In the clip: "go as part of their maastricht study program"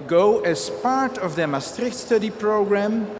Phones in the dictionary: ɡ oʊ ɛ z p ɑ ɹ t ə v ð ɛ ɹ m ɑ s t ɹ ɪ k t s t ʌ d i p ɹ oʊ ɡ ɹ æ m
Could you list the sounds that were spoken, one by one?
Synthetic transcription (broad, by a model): ɡ oʊ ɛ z p ɑ ɹ t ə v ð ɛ m ɑ s t ɹ ɪ k t s t ʌ d i p ɹ oʊ ɡ ɹ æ m